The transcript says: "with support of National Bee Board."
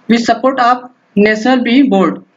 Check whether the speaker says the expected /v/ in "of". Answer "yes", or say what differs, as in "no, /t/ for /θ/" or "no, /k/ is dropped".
no, /p/ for /v/